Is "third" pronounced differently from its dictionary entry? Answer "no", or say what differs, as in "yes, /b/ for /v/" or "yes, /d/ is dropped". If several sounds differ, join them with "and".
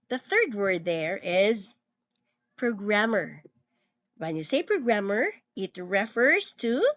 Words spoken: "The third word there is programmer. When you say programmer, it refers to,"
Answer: no